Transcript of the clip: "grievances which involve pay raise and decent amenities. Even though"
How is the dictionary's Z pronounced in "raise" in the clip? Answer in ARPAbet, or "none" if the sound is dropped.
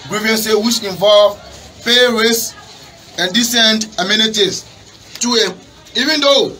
S